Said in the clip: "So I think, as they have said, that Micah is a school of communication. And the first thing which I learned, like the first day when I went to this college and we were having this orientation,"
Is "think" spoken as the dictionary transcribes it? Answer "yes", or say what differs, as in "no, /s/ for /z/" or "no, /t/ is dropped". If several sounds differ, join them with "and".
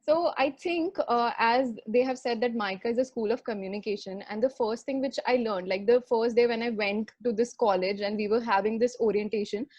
no, /t/ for /θ/